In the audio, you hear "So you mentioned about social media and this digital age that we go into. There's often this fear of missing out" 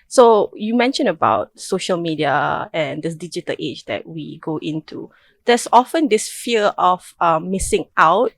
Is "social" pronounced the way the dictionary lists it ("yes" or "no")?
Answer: yes